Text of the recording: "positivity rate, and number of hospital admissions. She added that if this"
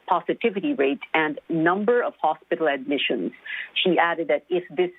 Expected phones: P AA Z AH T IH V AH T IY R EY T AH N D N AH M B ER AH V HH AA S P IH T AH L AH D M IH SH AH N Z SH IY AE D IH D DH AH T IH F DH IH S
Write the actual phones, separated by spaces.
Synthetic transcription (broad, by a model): P AA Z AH T IH V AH T IY R EY T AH N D N AH M B ER AH V HH AA S P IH T L AH D M IH SH AH N Z SH IY AE D IH D DH AH T IH F DH IH S